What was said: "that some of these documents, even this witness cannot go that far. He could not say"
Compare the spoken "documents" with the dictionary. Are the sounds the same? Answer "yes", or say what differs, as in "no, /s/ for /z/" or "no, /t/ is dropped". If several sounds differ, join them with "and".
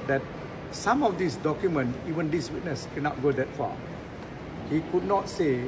no, /s/ is dropped